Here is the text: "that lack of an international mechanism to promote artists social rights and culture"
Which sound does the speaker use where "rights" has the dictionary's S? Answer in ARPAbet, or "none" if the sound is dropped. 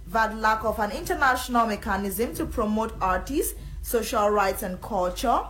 S